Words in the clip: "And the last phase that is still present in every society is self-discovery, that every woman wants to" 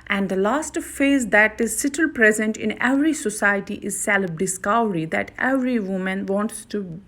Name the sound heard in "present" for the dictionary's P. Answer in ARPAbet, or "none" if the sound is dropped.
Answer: P